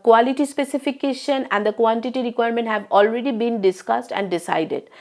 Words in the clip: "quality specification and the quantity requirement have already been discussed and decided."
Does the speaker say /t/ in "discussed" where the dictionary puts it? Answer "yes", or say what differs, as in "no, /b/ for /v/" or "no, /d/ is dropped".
yes